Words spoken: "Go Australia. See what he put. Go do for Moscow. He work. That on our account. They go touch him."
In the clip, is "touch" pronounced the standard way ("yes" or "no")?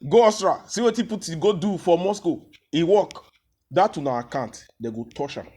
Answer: no